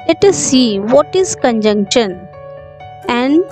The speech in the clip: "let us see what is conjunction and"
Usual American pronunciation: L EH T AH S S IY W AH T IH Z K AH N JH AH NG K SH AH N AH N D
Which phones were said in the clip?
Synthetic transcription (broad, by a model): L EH T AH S S IY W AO T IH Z K AH N JH AH NG K SH AH N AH N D